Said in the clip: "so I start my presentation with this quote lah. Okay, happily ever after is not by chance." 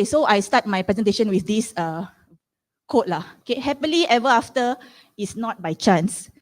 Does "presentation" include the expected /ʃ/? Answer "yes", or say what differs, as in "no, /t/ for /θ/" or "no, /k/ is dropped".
yes